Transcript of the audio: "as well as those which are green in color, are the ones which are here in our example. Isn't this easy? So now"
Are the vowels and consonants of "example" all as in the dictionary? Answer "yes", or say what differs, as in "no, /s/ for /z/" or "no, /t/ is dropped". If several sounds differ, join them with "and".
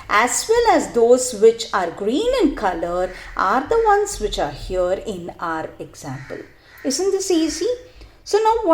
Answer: yes